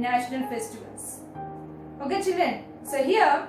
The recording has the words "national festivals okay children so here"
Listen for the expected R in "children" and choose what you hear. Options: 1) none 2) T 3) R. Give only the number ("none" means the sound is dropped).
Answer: 1